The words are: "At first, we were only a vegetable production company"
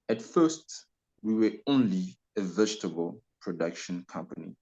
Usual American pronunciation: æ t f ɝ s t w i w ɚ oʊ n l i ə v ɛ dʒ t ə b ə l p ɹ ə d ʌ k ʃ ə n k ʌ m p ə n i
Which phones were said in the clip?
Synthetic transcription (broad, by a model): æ t f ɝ s t w i w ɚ oʊ n l i ə v ɛ dʒ t ə b ə l p ɹ ə d ʌ k ʃ ə n k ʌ m p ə n i